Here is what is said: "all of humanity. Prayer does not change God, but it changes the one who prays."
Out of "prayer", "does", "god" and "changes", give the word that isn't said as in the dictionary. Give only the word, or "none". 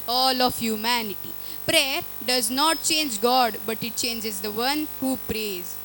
none